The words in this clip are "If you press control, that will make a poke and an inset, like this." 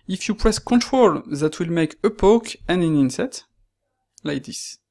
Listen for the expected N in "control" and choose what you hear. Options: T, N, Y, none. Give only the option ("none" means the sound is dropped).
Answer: N